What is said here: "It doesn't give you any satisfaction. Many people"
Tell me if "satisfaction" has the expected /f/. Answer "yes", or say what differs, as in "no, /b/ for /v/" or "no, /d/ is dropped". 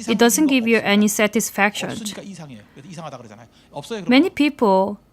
yes